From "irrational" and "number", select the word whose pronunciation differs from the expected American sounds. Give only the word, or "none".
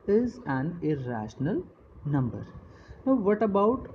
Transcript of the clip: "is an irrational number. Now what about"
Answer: none